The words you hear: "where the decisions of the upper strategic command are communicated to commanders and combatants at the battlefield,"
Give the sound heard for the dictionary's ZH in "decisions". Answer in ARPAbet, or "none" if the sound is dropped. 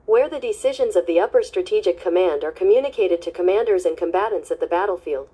ZH